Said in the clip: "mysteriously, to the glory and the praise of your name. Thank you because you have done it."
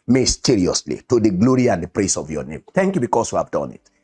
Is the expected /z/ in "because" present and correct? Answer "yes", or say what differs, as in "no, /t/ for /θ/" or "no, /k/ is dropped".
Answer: no, /s/ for /z/